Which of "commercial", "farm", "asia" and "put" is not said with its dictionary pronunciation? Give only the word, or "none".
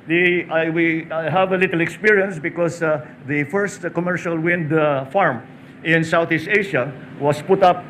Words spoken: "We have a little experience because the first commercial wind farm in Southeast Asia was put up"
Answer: asia